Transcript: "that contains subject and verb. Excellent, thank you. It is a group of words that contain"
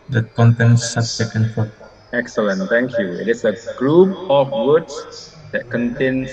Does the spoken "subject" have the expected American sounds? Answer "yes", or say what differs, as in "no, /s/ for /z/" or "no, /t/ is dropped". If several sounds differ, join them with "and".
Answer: no, /t/ is dropped